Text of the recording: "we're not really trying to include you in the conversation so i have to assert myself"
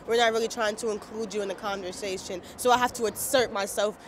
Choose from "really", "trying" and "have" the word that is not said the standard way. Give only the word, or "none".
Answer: have